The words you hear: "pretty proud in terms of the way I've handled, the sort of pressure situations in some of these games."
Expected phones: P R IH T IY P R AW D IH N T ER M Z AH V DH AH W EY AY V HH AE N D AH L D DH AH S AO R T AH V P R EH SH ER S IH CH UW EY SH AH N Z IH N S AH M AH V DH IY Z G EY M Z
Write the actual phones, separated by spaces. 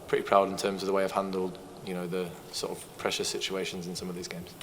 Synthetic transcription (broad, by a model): P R IH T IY P R AW D IH N T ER M Z AH V DH AH W EY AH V HH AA N D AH L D DH AH S AO T AH V P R EH SH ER S IH CH UW EY SH AH N Z IH N S AH M AH V DH IY Z G EY M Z